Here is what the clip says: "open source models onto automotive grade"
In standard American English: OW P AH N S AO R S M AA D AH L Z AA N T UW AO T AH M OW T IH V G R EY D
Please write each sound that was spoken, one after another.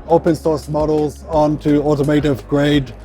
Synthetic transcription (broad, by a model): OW P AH N S AO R S M AA D AH L Z AA N T UW AO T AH M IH T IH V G R EY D